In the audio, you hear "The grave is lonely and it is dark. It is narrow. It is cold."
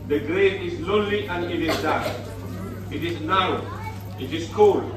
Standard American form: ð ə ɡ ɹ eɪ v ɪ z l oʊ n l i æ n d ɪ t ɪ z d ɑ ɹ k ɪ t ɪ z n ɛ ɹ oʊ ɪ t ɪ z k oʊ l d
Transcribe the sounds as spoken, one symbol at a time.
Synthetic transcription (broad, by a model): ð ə ɡ ɹ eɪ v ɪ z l oʊ n l i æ n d ɪ t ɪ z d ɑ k ɪ t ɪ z n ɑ ʊ ɪ t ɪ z k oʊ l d